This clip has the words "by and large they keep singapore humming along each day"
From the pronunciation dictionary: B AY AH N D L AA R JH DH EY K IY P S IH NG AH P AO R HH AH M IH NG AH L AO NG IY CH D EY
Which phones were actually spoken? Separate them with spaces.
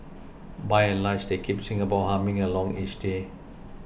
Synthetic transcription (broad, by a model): B AY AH N L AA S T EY K IY P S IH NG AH B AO W HH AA M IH NG AH L AO NG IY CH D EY